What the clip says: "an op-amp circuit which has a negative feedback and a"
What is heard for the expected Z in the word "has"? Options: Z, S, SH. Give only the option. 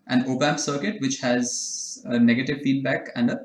Z